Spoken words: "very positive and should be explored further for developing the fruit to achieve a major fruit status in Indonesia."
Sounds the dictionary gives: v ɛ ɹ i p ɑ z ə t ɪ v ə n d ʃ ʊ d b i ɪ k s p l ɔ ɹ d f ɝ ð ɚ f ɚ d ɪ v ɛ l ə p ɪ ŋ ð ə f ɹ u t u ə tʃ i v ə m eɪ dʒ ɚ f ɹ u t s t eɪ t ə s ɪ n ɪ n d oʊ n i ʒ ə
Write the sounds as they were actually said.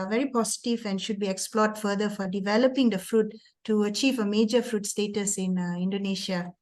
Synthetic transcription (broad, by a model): v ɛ ɹ i p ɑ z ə t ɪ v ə n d ʃ ʊ d b i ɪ k s p l ɔ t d f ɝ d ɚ f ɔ d ɪ v ɛ l ə p ɪ ŋ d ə f ɹ u t u ə tʃ i v ə m eɪ dʒ ɚ f ɹ u t s t eɪ t ə s ɪ n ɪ n d oʊ n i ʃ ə